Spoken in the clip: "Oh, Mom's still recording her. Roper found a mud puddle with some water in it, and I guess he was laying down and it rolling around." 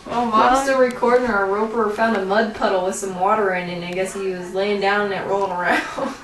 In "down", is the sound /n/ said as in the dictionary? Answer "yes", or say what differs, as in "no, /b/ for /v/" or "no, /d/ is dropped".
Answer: no, /n/ is dropped